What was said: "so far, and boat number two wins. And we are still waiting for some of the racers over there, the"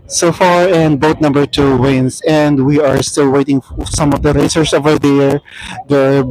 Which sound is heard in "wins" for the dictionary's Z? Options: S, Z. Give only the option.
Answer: S